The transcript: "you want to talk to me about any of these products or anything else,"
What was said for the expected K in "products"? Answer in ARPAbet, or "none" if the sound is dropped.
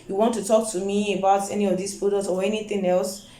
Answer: none